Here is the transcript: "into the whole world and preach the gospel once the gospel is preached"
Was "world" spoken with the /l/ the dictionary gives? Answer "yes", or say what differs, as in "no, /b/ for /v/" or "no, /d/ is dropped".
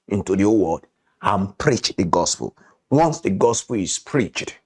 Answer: no, /l/ is dropped